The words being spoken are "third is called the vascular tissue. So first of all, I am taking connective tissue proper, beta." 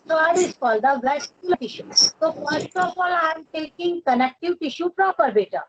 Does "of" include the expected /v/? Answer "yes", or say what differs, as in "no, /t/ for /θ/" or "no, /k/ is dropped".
no, /p/ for /v/